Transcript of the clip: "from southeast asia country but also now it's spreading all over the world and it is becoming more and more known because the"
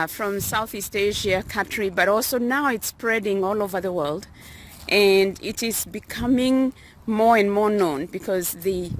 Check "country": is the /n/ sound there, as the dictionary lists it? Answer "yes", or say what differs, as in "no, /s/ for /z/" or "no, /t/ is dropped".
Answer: no, /n/ is dropped